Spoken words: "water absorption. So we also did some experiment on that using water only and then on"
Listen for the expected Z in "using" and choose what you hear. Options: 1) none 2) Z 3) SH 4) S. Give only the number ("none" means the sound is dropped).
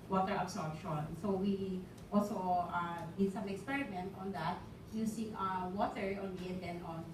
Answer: 4